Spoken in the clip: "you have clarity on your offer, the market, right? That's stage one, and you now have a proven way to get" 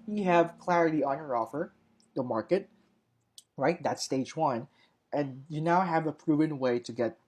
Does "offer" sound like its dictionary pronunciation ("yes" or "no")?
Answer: yes